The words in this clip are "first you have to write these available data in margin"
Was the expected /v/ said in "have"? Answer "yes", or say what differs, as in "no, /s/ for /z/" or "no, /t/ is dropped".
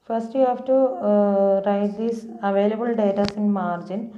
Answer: no, /f/ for /v/